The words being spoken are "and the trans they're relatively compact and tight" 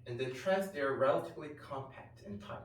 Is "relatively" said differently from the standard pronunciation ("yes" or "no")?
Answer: no